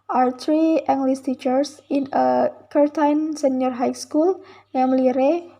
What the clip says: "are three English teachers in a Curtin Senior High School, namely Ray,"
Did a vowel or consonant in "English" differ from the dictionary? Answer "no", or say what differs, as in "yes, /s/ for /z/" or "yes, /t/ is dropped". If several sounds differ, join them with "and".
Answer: yes, /s/ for /ʃ/